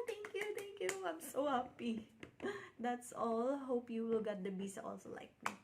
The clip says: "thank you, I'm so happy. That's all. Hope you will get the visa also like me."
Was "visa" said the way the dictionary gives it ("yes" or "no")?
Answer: no